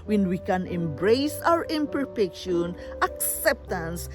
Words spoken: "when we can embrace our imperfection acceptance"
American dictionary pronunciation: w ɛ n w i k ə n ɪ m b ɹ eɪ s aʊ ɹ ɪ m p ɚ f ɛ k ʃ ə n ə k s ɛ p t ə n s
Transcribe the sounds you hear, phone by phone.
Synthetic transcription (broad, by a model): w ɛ n w i k ə n ɪ m b ɹ eɪ s aʊ ɹ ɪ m p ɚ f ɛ k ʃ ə n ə k s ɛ p t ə n s